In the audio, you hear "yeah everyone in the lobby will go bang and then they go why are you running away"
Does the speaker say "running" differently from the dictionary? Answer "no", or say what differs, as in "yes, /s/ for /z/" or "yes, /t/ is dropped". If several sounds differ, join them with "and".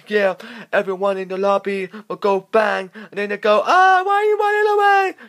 yes, /w/ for /ɹ/